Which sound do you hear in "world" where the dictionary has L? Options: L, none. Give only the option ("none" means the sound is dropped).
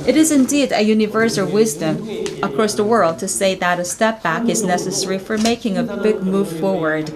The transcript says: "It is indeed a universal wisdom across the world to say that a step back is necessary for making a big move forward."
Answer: L